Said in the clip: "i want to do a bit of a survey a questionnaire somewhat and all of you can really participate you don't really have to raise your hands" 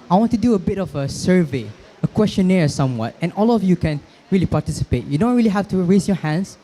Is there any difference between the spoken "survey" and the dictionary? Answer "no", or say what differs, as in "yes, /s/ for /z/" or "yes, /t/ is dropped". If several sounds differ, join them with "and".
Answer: no